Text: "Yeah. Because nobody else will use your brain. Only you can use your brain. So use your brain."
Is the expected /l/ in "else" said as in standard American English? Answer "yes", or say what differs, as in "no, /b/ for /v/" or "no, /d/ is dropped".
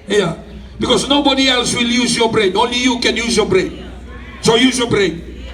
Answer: yes